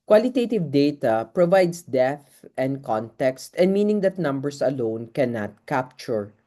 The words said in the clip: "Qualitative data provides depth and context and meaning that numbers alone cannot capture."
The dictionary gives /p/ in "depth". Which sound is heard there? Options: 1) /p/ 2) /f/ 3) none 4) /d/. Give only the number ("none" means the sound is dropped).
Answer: 3